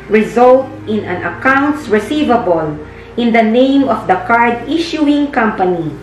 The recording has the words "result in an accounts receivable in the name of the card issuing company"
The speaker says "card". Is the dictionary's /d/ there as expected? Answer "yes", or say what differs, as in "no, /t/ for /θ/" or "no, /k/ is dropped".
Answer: yes